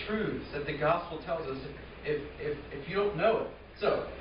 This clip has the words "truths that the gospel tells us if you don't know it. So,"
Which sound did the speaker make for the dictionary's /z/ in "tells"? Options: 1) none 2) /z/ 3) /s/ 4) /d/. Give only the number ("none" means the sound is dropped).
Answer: 2